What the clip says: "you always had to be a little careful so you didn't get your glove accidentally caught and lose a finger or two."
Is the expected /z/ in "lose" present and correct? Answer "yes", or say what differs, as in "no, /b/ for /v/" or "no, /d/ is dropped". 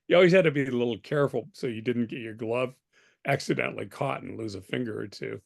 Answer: yes